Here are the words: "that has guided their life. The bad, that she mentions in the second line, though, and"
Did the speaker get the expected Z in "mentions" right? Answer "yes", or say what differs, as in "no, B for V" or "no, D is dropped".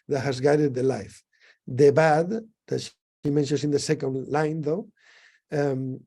no, S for Z